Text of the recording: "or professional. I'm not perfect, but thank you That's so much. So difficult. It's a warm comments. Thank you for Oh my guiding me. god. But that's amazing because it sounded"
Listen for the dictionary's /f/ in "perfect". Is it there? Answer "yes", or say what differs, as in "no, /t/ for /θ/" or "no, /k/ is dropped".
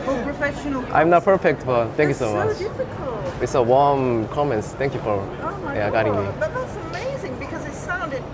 yes